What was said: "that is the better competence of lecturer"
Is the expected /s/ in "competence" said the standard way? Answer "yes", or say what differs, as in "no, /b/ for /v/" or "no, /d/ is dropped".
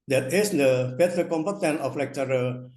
no, /s/ is dropped